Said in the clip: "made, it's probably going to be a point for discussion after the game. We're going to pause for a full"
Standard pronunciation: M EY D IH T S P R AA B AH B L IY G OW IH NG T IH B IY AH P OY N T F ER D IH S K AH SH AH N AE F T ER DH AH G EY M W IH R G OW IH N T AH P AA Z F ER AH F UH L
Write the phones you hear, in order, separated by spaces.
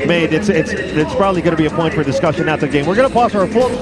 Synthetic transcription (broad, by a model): M EY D IH T S P R AA B AH B L IY G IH T IH B IY AH P OY N T F ER D IH S K AH SH AH N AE T DH AH G EY M W IH R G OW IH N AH P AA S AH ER F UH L